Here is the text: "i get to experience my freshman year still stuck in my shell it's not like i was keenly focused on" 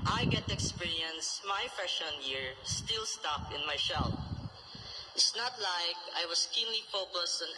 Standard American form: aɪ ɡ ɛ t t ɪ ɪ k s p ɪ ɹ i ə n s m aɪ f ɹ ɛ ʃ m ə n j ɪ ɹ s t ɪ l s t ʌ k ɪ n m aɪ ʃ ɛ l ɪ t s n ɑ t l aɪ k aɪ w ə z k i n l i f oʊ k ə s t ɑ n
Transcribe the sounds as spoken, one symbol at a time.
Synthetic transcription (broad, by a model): aɪ ɡ ɛ t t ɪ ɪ k s p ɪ ɹ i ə n s m aɪ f ɛ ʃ ə n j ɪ ɹ s t ɪ l s t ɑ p ɪ n m aɪ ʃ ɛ l ɪ t s n ɑ t l aɪ k aɪ w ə s k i n l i f oʊ k ə s t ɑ n